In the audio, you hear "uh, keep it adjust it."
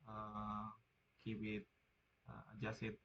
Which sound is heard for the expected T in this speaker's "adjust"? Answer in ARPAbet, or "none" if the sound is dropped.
none